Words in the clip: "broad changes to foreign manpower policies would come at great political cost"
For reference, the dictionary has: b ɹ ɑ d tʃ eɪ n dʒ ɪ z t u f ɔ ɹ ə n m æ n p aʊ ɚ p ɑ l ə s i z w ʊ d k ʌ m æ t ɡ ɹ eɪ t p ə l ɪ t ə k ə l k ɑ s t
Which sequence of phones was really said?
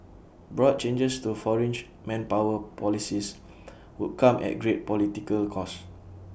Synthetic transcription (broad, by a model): b ɹ ɑ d tʃ eɪ n dʒ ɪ s t u f ɔ ɹ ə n m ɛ n p aʊ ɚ p ɑ l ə s i s w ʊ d k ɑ m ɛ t ɡ ɹ eɪ t p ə l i t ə k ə l k ɑ s